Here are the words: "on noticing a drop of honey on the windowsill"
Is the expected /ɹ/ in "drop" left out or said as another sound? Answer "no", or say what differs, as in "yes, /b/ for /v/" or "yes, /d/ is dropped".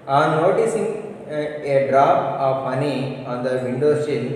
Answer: no